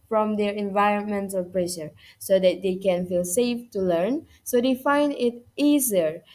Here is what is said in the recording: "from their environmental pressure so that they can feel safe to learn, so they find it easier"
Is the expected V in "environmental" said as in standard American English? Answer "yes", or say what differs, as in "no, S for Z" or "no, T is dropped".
yes